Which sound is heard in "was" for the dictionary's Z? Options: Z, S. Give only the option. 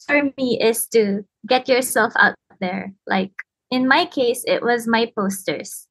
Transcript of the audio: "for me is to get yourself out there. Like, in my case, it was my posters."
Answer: Z